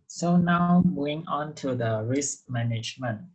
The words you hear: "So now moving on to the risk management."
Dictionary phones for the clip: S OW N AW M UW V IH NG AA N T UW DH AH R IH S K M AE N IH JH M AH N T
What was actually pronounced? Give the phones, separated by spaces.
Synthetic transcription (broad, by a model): S OW N AW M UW IH NG AA N T UW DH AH R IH S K M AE N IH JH M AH N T